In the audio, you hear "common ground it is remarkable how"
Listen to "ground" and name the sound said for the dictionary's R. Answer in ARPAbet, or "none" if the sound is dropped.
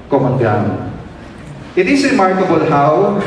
none